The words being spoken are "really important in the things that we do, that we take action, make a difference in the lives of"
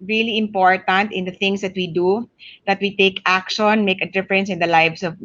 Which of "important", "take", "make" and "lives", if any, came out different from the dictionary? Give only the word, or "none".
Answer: lives